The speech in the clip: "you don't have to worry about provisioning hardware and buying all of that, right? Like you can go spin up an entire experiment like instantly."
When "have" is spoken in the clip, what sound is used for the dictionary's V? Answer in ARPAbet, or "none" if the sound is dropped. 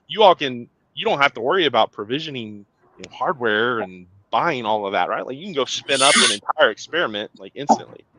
F